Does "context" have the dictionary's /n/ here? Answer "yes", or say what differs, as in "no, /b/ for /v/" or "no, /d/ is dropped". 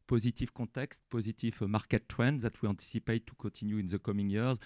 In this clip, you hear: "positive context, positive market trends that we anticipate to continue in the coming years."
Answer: no, /n/ is dropped